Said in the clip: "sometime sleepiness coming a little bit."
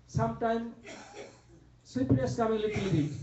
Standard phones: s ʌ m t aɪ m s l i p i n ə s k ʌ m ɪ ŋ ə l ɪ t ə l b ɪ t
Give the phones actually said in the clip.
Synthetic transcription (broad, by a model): s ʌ m t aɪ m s i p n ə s k ʌ m ɪ ŋ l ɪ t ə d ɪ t